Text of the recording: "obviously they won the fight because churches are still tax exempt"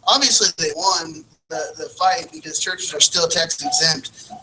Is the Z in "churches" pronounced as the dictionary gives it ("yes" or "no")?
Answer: yes